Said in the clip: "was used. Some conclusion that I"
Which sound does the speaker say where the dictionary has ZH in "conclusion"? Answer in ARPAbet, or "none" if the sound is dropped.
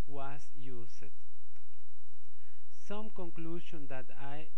SH